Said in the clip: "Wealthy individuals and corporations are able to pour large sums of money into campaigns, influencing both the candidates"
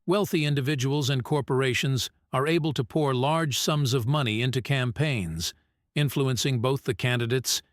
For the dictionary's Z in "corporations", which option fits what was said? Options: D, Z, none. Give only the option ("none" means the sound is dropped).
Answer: Z